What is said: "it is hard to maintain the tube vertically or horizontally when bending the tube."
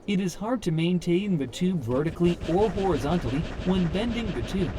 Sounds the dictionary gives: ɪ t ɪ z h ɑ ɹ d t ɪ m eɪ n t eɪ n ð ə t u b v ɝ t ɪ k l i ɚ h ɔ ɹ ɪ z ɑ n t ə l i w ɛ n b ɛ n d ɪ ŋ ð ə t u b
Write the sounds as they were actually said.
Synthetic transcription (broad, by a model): ɪ t ɪ z h ɑ ɹ d t ɪ m eɪ n t eɪ n ð ə t u b v ɝ t ɪ k l i ɚ h ɔ ɹ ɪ z ɑ n t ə l i w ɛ n b ɛ n d ɪ ŋ ð ə t u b